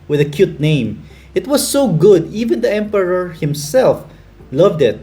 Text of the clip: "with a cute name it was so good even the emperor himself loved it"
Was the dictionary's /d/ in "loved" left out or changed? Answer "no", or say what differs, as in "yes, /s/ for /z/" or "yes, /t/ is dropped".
no